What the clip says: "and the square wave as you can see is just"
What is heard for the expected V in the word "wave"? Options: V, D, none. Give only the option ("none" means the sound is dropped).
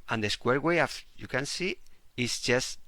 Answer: none